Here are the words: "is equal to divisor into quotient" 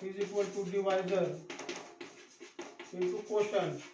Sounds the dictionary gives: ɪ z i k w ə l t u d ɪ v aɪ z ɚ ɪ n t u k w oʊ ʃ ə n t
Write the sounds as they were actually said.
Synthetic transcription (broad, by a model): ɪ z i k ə l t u d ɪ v aɪ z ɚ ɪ t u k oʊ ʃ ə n